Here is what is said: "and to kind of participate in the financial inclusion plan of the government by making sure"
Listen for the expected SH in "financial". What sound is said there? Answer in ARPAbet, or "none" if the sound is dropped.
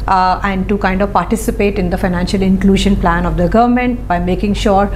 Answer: SH